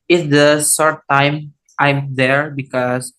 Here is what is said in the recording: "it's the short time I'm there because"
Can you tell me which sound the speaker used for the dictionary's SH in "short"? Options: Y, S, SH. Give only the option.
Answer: S